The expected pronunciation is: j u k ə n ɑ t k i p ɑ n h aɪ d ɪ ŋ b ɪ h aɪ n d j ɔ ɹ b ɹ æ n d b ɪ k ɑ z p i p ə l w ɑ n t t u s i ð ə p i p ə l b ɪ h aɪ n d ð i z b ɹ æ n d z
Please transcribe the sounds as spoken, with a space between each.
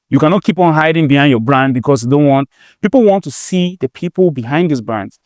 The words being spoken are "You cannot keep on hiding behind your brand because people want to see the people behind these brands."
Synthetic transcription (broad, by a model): j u k ə n ɑ t k i p ɑ n h aɪ d ɪ ŋ b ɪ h aɪ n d j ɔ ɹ b ɹ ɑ n d b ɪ k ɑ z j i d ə n w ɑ n t t u s i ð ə p i p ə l b ɪ h aɪ n d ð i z b ɹ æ n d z